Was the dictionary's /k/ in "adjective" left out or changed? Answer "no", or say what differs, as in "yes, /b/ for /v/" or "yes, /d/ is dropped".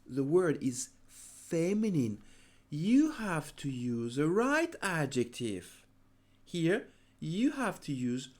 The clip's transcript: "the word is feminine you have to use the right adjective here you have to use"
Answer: no